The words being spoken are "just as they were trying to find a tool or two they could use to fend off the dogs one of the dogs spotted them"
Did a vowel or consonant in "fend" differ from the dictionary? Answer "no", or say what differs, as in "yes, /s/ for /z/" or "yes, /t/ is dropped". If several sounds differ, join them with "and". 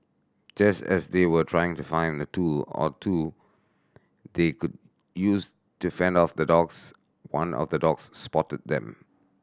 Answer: no